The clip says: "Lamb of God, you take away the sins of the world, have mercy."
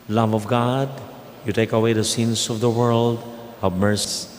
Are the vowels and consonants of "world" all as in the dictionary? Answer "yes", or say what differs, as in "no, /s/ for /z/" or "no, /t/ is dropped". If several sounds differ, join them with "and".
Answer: yes